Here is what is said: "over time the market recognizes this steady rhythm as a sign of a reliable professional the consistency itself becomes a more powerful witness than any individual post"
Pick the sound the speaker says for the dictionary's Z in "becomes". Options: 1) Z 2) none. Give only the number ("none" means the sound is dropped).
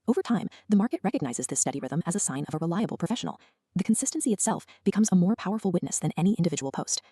1